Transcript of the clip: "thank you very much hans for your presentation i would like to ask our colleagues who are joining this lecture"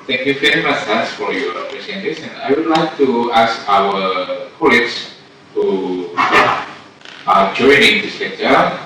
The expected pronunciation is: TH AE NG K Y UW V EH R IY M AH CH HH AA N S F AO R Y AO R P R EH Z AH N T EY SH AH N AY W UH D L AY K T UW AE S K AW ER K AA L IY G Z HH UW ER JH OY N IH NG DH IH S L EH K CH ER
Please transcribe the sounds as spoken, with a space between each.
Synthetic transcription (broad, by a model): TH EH NG K Y UW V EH R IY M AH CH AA S F AO R Y AO R P R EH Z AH N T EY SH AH N AY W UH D L AY K T UW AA S K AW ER K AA L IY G S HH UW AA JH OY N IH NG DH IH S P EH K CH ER